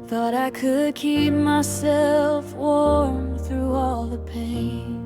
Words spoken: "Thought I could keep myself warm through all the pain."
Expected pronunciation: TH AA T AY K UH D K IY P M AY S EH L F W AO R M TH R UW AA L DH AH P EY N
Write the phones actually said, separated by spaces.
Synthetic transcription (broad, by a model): TH AA T AY K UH D K IY P M AY S EH L F W AO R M TH R UW AA L DH AH P EY N